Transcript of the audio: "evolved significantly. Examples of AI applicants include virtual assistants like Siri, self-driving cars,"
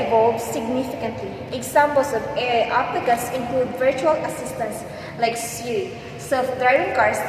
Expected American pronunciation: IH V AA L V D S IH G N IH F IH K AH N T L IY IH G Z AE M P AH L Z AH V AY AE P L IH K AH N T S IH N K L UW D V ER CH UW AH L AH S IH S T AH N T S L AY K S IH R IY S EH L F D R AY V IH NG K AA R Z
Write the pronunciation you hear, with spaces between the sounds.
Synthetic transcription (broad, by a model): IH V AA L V S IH G N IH F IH K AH N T L IY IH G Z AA M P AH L S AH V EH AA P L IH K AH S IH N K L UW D V ER CH UW AH L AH S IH S T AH N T S L AY K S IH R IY S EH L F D R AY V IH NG K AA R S